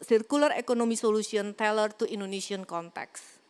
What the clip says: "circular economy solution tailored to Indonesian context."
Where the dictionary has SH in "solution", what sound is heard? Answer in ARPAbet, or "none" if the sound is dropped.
S